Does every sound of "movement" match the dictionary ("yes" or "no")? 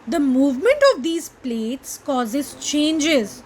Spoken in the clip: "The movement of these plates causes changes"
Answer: yes